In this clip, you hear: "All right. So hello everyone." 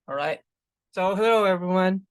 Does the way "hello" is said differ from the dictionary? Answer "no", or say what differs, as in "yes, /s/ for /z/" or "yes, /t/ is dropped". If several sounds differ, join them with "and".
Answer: yes, /l/ is dropped